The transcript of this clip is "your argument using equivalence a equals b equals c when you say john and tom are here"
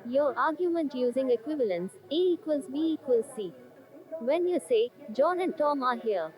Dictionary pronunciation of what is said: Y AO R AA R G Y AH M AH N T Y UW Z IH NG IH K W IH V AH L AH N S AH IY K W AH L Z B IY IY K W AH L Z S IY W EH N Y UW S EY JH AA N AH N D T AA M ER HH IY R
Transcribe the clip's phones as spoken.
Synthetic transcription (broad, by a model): Y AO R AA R G Y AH M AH N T Y UW Z IH NG IH K W IH V AH L AH N S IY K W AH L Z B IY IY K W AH L S IY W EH N Y UW S EY JH AA N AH N T AA M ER HH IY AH